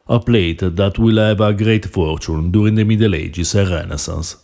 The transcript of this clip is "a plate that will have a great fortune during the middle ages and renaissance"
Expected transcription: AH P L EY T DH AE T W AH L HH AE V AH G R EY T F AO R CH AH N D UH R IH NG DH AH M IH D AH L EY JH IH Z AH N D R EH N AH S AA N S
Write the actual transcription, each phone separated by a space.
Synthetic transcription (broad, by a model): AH P L EY T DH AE T W AH L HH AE V AH G R EY T F AO R CH AH N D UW R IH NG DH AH M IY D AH L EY JH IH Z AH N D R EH N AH S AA N S